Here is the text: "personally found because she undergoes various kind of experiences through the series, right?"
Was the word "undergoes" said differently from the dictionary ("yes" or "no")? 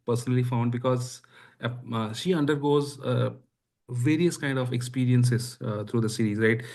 no